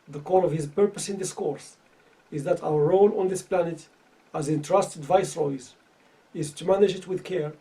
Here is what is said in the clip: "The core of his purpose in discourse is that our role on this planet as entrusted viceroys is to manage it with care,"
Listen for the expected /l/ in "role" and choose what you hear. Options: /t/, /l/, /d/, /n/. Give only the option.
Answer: /n/